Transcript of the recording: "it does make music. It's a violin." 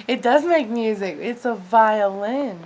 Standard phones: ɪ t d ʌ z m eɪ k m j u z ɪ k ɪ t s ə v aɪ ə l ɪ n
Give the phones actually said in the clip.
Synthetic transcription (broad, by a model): ɪ t d ʌ z m eɪ k m j u z ɪ k ɪ t s ə v aɪ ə l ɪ n